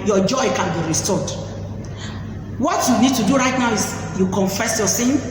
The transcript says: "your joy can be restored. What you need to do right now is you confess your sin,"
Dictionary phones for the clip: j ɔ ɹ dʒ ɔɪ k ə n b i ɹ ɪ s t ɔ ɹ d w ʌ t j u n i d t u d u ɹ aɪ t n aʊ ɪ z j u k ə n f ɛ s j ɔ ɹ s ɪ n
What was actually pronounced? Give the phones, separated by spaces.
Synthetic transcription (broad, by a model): j ɔ dʒ ɔɪ k ə n b i ɹ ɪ s t ɔ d w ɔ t j u n i d t u d u ɹ aɪ t n aʊ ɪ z j u k ə n f ɛ s j ɔ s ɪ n